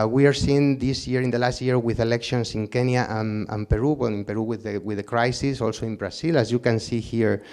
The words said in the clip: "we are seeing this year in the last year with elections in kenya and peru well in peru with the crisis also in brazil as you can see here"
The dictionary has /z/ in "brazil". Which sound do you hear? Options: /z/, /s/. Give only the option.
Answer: /s/